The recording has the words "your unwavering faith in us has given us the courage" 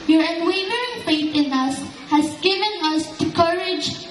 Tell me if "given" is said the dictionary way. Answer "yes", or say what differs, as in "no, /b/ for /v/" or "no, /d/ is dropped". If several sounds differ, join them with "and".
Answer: yes